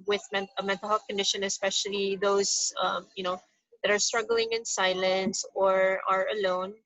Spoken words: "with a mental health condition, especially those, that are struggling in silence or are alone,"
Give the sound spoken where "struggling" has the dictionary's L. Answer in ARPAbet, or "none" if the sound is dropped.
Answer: L